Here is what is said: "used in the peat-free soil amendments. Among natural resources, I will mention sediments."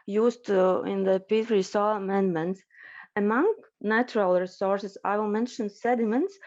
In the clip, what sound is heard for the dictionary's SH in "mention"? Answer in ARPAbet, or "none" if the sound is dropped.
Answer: SH